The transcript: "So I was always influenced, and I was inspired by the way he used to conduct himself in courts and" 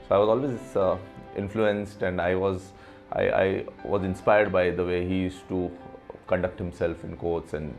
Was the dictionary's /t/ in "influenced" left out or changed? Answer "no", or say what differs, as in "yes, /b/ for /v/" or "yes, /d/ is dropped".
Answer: no